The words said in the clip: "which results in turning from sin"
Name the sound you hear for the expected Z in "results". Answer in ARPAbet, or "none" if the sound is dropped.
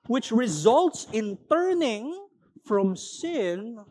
Z